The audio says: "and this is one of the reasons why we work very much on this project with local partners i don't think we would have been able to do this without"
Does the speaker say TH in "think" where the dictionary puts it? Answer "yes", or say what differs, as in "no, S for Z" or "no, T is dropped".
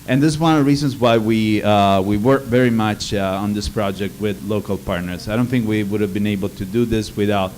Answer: yes